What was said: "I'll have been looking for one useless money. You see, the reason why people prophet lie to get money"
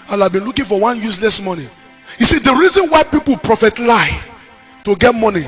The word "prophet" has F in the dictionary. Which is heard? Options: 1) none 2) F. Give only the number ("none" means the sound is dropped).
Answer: 2